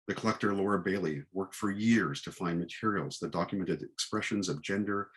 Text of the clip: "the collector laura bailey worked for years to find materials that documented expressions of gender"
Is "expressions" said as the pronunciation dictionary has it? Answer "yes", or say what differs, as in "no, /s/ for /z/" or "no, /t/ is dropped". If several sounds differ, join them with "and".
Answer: yes